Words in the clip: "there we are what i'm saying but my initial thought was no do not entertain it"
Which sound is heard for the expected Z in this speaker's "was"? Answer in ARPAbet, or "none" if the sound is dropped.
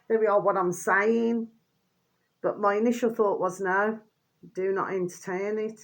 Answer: Z